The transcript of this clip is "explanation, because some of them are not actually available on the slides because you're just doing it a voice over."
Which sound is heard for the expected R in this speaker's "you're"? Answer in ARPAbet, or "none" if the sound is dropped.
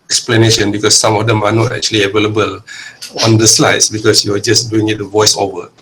W